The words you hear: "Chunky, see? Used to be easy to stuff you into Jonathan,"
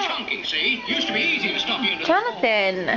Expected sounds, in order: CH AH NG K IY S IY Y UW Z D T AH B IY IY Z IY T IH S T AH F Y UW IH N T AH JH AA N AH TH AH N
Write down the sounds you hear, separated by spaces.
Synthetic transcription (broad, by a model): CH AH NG K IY S IY Y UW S T AH B IY IY Z IY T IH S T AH P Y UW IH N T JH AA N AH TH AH N